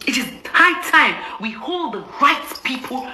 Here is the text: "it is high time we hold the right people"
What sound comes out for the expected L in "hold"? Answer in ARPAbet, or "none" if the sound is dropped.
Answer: L